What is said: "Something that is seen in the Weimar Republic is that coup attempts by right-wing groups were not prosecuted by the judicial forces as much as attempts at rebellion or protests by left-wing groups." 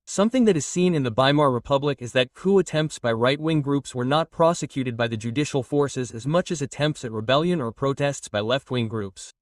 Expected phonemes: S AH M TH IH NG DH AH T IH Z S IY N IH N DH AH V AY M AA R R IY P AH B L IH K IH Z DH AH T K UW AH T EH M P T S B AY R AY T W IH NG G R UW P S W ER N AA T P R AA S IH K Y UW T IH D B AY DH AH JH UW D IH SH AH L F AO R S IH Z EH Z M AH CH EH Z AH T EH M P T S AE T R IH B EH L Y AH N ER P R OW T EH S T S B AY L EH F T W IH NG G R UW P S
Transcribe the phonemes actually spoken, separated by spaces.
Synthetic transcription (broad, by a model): S AH M TH IH NG DH AH T IH Z S IY N IH N DH AH B AY M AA R R IY P AH B L IH K IH Z DH AH T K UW AH T EH M P T S B AY R AY T W IH NG G R UW P S W ER N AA T P R AA S IH K Y UW T IH D B AY DH AH JH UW D IH SH L F AO R S IH Z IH Z M AH CH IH Z AH T EH M P T S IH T R IH B EH L Y AH N ER P R OW T EH S T S B AY L EH F T W IH NG G R UW P S